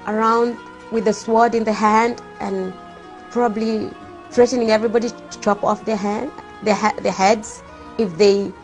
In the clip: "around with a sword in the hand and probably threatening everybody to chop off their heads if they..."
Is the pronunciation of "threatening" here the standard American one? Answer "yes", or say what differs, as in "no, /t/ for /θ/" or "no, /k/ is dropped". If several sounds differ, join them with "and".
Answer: yes